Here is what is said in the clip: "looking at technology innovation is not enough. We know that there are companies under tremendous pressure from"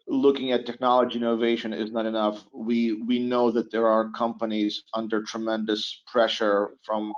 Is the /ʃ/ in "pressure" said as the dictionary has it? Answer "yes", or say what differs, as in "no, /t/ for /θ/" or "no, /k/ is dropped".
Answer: yes